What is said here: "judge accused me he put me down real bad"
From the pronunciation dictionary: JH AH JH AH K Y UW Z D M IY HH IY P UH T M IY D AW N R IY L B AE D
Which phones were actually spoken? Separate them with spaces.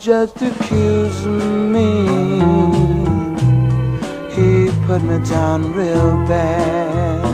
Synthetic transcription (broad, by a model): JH AH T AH K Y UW Z M IY HH IY P UH T M IY D AW N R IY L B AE